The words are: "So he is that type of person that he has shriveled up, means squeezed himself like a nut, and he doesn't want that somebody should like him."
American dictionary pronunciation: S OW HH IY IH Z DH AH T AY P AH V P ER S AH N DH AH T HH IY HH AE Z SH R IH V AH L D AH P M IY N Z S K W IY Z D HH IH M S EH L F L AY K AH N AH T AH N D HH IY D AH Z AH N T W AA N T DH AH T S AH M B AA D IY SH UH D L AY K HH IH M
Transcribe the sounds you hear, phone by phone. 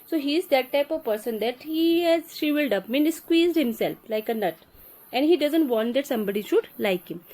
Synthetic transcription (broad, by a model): S OW HH IY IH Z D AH T AY P AH V P ER S AH N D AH T HH IY HH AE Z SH IY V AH L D AH P M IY N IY S K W IY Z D HH IH M S EH L F L AY K AH N AH T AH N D HH IY D AH Z AH N T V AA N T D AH T S AH M B AA D IY SH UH D L AY K HH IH M